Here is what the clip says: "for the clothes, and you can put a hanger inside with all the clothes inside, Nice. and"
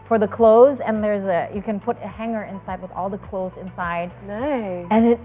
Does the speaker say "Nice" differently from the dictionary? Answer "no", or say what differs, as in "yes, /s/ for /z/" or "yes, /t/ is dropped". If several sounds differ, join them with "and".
yes, /s/ is dropped